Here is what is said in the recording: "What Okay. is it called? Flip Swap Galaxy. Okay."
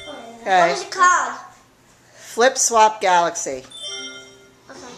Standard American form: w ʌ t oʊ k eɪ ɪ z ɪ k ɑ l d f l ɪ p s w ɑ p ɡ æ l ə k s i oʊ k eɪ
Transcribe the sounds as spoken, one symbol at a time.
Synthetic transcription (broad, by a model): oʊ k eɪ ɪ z ɪ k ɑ d f l ɪ p s w ɑ p ɡ æ l ə k s i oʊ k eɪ